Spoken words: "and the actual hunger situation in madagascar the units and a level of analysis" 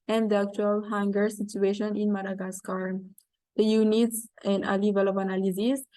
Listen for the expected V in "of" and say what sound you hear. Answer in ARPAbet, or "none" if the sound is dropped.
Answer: P